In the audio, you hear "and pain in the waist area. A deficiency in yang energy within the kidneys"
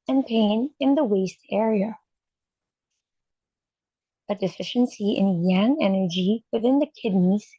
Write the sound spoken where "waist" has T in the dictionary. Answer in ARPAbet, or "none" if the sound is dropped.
T